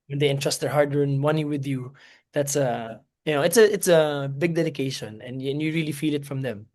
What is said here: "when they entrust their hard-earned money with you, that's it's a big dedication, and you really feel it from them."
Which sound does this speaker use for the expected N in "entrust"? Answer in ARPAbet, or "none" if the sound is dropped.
N